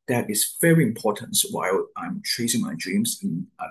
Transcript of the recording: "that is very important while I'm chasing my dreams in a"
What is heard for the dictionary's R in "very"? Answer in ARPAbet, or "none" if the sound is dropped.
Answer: R